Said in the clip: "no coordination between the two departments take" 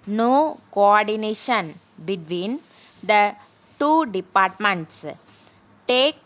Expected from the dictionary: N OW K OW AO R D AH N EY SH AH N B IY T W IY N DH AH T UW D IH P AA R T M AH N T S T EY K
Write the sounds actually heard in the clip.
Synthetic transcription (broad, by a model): N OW K OW AO R D AH N EY SH AH N B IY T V IY N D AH T UW D IH P AA R T M AH N T S T EY K